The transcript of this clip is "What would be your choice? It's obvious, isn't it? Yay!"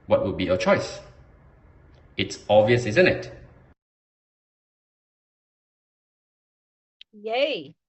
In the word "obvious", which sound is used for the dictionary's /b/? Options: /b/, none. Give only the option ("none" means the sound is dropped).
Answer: none